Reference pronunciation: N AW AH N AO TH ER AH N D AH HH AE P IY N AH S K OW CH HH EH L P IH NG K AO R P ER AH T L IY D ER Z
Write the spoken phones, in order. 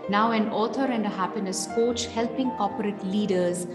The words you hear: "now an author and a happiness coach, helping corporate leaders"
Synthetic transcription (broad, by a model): N AW AH N AO T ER AH N D AH HH AE P IY N AH S K OW CH HH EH L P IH NG K AO P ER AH T L IY D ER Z